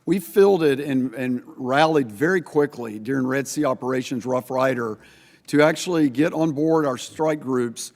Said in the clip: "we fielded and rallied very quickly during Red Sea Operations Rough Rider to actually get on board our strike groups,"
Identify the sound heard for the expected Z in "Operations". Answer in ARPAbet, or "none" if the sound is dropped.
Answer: Z